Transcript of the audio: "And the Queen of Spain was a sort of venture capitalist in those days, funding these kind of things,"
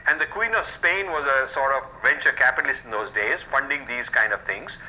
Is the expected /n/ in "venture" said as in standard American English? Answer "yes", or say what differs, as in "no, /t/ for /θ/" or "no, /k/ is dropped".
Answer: yes